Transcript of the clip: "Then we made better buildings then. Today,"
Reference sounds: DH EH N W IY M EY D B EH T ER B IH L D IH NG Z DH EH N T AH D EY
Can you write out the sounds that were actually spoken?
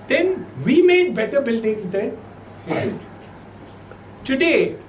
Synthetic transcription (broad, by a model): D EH N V IY M EY D B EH T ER B IH L D IH NG Z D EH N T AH D EY